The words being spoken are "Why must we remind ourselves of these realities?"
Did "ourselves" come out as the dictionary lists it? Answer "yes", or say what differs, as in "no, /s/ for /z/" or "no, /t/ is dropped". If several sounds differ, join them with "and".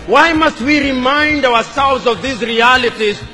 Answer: no, /w/ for /ɹ/